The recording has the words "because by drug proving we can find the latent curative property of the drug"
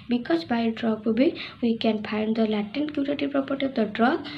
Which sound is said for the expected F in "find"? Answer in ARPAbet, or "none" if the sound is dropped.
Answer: P